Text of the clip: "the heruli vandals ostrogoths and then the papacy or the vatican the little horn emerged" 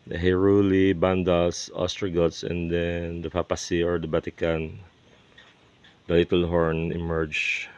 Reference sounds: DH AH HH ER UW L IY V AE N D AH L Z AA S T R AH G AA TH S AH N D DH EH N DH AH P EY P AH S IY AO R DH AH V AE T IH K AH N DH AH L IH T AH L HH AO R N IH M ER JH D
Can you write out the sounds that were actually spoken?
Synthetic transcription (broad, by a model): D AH HH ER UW L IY B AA N D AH L S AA S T R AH G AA T S AH N D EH N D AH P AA P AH S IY AO R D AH B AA T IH K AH N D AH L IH T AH L HH AO R N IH M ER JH